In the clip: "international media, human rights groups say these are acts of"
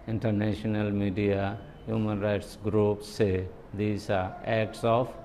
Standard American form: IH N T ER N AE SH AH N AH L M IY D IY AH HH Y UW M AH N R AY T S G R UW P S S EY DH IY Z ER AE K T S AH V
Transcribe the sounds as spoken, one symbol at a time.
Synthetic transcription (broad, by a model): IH N T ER N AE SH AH N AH L M IY D IY AH HH Y UW M AH N R AY T S G R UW P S S EY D IY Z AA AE K T S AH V